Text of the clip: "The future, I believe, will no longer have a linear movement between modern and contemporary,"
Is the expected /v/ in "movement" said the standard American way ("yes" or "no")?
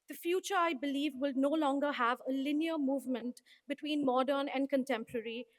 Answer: yes